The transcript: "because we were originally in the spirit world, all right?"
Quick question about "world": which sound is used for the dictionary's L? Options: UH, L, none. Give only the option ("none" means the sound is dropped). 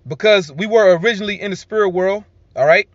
L